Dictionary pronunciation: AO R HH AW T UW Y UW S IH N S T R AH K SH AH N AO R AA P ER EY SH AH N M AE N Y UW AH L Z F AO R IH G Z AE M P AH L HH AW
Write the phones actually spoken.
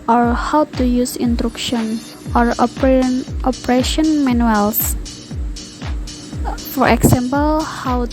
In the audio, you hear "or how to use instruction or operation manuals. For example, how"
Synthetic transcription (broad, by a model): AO R HH AW T UW Y UW S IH N T R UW K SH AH N AO R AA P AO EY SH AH N M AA N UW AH L S F AO R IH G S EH M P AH L HH AW